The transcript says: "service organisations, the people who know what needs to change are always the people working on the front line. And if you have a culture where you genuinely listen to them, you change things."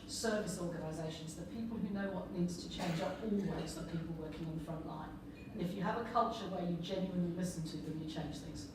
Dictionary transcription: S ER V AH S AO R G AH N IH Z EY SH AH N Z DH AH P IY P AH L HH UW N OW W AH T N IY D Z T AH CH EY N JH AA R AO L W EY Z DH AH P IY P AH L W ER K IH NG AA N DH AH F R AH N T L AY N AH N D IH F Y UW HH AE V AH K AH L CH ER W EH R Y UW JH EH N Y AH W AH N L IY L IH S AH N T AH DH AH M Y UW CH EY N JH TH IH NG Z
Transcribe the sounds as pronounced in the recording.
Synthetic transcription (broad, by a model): S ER V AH S AO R G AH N IH Z EY SH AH N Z DH AH P IY P AH L HH UW N OW W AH T N IY D Z T AH CH EY N JH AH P AO L W EY Z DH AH P IY P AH L W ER K IH NG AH N DH AH F R AH N T L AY AH N IH F Y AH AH V AH K AH L CH ER W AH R Y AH JH EH N Y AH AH N L IY L IH S AH N T AH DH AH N Y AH CH EY N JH TH IH NG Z